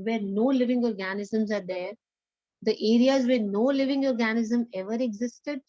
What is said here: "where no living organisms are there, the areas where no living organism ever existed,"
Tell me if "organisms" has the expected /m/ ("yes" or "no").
yes